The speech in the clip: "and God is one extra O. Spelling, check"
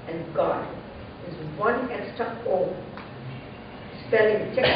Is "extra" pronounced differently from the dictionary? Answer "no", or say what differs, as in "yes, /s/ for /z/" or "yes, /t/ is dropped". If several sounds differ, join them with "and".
yes, /ɹ/ is dropped